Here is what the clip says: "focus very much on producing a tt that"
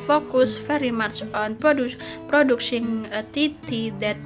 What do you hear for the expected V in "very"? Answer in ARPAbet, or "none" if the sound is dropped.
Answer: F